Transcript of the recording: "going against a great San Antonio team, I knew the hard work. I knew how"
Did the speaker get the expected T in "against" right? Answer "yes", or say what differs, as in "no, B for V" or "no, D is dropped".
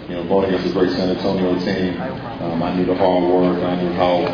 no, T is dropped